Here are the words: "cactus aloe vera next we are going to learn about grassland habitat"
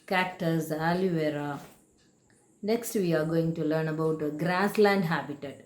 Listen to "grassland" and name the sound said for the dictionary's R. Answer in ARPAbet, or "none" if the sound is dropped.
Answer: R